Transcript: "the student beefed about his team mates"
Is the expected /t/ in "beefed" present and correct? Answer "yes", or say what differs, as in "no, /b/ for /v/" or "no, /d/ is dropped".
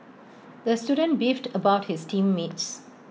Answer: yes